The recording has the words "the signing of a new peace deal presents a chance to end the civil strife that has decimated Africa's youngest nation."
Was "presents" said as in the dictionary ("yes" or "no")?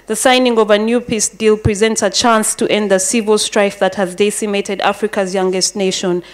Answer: yes